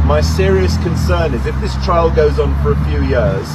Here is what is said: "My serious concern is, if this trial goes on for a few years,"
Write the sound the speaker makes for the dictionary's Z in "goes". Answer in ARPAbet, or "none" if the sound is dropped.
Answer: Z